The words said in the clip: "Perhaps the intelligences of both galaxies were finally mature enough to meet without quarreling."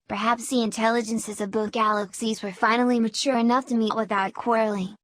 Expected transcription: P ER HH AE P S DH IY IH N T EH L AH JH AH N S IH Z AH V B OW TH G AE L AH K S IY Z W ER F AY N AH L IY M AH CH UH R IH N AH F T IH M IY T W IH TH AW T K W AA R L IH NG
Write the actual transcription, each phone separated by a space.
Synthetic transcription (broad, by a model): P ER HH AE P S DH IY IH N T EH L AH JH AH N S IH Z AH V B OW TH G AE L AH K S IY Z W ER F AY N L IY M AH CH UH R IH N AH F T IH M IY T W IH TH AW T K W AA R L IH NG